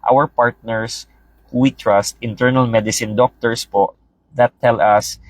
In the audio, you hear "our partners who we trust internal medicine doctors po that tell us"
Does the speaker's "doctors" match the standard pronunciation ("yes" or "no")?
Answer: no